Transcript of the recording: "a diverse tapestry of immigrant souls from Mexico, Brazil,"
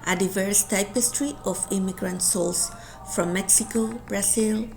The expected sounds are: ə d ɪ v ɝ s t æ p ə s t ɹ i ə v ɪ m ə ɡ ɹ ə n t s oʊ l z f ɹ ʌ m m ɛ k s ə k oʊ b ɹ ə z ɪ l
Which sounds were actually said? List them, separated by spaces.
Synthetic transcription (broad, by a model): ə d ɪ v ɝ s t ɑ p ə s t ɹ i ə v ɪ m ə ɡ ɹ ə n t s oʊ l s f ɹ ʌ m m ɛ k s ə k oʊ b ɹ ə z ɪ l